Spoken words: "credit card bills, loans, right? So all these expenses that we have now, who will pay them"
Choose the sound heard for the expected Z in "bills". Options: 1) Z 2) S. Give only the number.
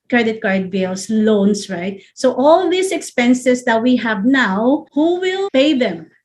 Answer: 2